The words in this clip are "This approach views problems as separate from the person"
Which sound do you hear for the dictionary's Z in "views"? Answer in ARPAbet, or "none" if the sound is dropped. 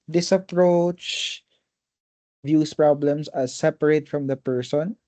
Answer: S